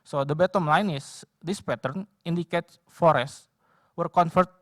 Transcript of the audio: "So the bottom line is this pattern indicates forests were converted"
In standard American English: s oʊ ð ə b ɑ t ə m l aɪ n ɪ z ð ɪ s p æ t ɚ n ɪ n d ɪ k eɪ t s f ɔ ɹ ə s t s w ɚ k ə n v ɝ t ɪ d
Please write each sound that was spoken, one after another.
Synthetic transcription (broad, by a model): s oʊ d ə b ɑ t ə m l aɪ n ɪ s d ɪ s p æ t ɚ n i n d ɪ k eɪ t f ɔ ɹ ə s s w ɚ k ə n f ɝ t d